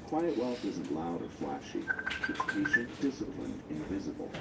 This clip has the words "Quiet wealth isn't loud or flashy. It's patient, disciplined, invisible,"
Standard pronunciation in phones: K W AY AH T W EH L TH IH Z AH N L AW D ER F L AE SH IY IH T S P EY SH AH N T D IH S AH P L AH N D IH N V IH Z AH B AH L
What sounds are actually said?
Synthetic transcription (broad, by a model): K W AY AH T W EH L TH IH Z AH N L AW D ER F L AE SH IY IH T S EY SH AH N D IH S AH P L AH N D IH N V IH Z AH B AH L